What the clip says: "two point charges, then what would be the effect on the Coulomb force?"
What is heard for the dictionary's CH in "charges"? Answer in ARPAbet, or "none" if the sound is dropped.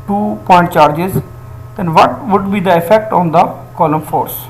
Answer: CH